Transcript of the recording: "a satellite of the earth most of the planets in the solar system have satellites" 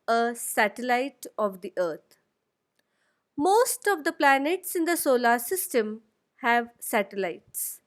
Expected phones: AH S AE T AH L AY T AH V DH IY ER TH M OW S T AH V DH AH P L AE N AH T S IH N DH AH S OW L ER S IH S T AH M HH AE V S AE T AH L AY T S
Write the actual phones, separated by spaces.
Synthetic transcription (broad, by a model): AH S AE T AH L AY T AH V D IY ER T M OW S T AH V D AH P L AE N AH T S IH N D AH S OW L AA S IH S T AH M HH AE V S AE T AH L AY T S